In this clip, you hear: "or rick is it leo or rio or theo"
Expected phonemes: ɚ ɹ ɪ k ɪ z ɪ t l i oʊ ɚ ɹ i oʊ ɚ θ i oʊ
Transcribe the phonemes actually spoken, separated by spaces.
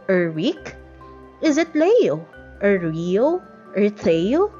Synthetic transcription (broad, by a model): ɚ w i k ɪ z ɪ t l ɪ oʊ ɚ ɹ i oʊ ɚ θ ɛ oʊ